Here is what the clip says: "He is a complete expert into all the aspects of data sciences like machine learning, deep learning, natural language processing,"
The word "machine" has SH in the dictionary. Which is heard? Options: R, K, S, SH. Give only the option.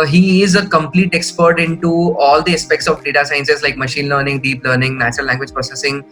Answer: SH